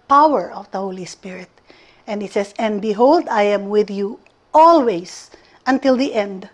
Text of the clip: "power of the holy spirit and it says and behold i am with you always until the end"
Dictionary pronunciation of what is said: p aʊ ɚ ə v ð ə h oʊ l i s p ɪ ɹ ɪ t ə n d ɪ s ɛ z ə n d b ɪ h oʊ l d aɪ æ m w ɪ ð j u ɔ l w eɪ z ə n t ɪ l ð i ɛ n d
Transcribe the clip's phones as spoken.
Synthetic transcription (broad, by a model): p aʊ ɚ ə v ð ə h oʊ l i s p ɪ ɹ ɪ t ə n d ɪ s ɛ s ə n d b ɪ h oʊ l d aɪ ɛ m w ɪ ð j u ɔ l w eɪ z ə n t ɪ l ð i ɛ n d